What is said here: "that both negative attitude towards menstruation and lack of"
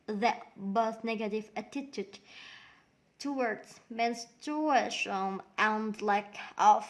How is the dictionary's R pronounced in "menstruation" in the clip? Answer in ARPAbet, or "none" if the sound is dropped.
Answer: none